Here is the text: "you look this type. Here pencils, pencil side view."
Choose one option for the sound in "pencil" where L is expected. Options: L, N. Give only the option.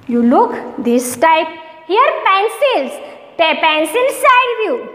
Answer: N